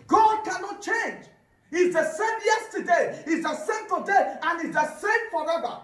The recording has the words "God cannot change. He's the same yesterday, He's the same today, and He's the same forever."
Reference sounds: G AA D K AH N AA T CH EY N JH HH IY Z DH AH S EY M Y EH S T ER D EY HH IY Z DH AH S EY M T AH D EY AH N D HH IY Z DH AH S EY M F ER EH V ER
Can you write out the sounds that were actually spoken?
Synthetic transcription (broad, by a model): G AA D K AH N AA T CH EY N JH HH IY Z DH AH S EY M Y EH S T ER D EY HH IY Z DH AH S EY M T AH D EY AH N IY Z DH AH S EY M F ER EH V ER